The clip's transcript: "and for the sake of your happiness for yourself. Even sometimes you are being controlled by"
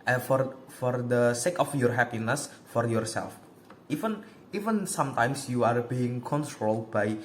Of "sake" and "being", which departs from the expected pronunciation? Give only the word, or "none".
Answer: none